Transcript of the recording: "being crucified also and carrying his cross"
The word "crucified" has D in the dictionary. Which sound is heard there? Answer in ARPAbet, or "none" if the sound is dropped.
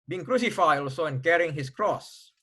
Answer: none